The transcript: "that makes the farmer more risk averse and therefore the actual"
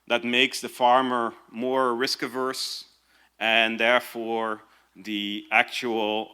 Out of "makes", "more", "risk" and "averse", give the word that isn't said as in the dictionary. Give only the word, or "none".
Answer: none